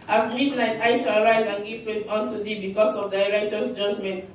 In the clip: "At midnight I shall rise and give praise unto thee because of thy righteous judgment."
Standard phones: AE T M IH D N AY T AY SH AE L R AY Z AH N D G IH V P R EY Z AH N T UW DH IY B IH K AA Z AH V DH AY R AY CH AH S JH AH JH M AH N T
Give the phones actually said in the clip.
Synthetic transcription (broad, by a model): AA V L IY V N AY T AY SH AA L R AY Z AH N G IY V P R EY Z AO N T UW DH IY B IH K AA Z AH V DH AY R AY CH AH S JH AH JH M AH N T